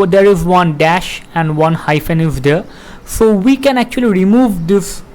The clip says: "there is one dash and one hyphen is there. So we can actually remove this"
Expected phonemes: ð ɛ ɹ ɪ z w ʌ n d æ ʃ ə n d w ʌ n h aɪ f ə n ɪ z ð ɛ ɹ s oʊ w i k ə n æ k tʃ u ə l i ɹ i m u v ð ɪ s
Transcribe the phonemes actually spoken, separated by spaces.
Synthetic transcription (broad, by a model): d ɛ ɹ ɪ z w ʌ n d æ ʃ ə n d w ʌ n h aɪ f ə n ɪ z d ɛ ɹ s oʊ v i k ə n æ k tʃ u ə l i ɹ i m u v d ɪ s